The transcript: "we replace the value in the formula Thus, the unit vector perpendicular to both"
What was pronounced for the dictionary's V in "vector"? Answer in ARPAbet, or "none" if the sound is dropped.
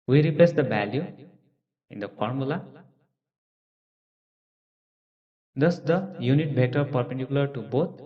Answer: B